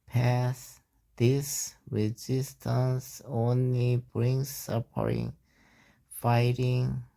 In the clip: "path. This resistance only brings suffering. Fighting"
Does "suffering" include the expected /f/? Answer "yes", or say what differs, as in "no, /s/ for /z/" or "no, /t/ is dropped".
no, /p/ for /f/